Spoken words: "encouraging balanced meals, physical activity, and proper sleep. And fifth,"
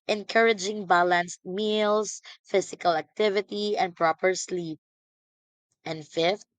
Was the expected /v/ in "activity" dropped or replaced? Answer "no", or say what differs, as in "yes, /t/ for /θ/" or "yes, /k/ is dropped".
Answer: no